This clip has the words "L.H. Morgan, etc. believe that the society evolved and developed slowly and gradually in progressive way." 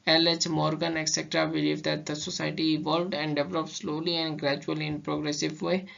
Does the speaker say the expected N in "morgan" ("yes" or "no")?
yes